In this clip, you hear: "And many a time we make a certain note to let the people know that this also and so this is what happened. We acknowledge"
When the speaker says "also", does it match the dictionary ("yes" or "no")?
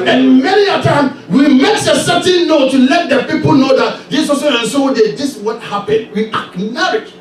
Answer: no